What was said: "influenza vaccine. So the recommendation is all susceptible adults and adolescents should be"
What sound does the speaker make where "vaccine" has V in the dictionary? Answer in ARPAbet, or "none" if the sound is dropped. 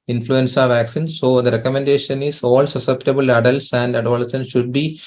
V